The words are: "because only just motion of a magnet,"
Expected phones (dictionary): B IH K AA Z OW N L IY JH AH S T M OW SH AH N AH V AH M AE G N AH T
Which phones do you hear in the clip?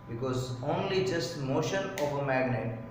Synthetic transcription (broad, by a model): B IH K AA Z OW N L IY JH AH S T M OW SH AH N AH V AH M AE G N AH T